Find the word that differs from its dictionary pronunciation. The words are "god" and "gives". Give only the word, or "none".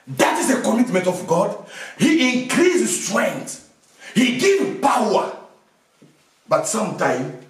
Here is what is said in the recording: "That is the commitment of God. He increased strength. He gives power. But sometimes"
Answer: gives